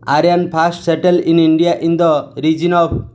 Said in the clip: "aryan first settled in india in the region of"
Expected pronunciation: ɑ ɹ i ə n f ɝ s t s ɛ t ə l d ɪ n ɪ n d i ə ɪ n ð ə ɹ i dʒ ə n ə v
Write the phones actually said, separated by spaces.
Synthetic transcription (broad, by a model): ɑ ɹ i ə n p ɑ s t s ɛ t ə l ɪ n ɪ n d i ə ɪ n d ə ɹ i dʒ ə n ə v